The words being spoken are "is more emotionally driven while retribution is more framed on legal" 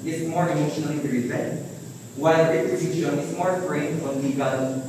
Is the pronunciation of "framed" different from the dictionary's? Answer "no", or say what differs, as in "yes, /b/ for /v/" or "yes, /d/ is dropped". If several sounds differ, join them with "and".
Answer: yes, /d/ is dropped